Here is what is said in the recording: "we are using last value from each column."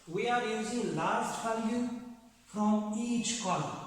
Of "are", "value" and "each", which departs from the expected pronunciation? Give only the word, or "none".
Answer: value